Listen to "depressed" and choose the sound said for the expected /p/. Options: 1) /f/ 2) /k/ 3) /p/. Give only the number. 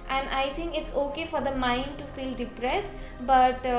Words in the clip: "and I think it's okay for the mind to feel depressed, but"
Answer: 3